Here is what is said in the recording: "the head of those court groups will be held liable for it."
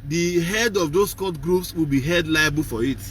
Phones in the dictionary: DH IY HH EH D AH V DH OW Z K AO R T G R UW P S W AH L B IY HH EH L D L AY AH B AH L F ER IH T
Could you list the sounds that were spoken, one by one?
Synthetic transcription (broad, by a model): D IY HH EH D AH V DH OW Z K AO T G R UW P S W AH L B IY HH EH D L AY AH B AH L F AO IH T